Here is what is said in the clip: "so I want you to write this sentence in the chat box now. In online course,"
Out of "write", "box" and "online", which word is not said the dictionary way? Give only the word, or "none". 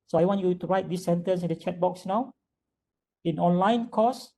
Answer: none